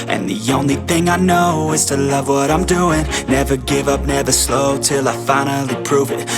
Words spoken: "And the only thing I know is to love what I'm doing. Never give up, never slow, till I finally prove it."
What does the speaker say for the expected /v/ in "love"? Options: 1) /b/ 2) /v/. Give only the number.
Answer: 2